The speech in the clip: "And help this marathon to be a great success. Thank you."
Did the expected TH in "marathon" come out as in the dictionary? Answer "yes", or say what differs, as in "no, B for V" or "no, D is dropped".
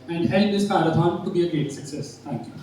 no, T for TH